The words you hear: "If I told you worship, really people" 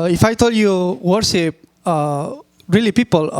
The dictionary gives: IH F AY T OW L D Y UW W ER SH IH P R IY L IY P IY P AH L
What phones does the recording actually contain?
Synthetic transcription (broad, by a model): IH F AY T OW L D Y UW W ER S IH P R IY L IY P IY P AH L